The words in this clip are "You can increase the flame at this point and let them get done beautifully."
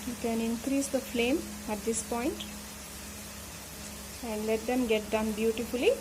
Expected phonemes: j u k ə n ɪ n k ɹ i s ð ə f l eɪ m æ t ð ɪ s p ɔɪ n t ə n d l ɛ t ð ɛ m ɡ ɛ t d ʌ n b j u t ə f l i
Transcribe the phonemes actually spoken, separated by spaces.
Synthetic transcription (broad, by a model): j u k ə n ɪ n k ɹ i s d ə f l eɪ m æ t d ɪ s p ɔɪ n t ə n d l ɛ t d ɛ m ɡ ɛ t d ʌ n b j u t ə f l i